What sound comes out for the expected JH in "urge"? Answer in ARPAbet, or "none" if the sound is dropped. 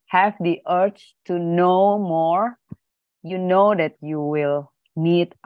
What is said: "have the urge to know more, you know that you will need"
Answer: CH